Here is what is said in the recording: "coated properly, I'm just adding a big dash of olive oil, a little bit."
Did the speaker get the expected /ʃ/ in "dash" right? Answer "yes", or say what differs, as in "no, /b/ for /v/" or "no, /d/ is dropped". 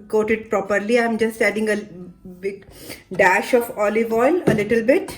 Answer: yes